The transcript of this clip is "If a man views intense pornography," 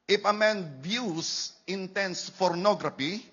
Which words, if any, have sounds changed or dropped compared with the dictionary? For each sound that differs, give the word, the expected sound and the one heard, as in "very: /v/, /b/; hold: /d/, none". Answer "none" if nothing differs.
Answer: views: /z/, /s/